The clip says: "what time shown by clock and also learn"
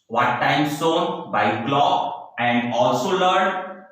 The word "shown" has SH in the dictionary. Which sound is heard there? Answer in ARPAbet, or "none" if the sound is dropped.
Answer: S